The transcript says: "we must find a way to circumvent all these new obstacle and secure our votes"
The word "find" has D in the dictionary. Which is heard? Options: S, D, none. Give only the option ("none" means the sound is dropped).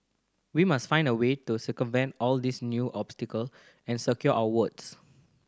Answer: D